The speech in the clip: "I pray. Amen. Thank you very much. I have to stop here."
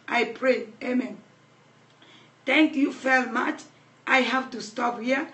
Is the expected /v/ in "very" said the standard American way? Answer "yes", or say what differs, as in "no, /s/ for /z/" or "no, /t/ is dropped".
no, /f/ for /v/